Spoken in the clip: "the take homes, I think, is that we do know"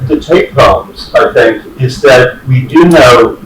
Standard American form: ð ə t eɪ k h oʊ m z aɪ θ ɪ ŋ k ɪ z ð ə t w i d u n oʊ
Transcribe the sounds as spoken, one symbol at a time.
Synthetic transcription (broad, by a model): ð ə t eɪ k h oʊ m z aɪ θ ɪ ŋ k ɪ z ð ə t w i d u n oʊ